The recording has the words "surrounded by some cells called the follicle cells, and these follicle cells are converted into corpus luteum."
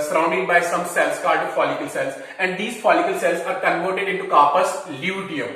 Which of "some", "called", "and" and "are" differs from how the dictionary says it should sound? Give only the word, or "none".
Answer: called